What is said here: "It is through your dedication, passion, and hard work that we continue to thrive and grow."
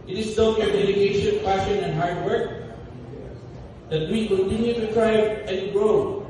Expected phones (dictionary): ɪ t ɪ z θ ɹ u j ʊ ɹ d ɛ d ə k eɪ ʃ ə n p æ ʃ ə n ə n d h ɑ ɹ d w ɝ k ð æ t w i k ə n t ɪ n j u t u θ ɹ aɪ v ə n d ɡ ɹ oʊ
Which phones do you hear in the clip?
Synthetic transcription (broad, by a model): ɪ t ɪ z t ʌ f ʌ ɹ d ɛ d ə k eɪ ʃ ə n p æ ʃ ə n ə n h ɑ ɹ d w ɝ k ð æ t w i k ə n t ɪ n j u t u t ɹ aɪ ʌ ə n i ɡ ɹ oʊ